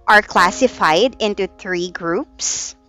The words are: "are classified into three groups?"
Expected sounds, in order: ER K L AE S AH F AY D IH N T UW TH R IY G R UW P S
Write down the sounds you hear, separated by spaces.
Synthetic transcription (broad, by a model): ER K L AE S AH F AY D IH N T UW TH R IY G R UW P S